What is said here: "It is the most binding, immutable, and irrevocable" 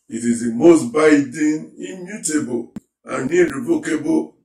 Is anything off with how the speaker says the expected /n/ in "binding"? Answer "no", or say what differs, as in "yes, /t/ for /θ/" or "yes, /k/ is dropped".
yes, /n/ is dropped